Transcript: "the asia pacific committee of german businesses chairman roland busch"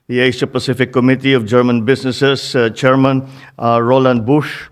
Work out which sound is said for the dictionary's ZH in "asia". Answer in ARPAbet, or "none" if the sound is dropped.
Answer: S